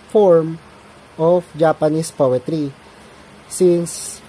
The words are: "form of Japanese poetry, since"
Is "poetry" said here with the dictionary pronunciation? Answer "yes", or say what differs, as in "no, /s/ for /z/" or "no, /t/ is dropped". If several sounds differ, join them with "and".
yes